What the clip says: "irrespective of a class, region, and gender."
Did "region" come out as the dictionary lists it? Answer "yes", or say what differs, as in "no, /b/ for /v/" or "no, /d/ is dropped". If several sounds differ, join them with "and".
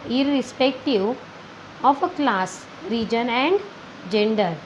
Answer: yes